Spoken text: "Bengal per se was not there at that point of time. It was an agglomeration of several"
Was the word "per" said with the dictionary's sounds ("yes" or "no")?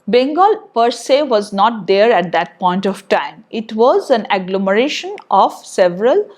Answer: yes